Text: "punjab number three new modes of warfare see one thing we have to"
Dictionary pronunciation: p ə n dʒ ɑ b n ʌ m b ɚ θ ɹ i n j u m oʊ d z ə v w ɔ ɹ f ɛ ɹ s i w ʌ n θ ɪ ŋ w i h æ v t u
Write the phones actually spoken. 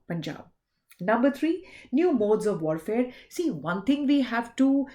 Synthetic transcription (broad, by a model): p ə n dʒ ɑ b n ʌ m b ɚ t ɹ i n j u m oʊ d z ə v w ɔ ɹ f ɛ ɹ s i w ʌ n t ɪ ŋ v i h æ v t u